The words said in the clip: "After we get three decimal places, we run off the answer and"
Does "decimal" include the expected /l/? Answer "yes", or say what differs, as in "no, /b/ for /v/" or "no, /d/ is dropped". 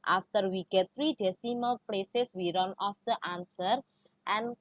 yes